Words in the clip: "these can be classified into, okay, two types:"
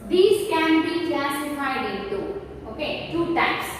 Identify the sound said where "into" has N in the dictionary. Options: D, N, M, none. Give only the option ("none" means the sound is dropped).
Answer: none